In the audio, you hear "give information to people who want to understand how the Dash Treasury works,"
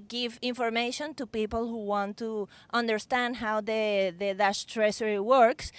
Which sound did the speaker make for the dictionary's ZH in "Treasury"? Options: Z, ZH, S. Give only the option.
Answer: S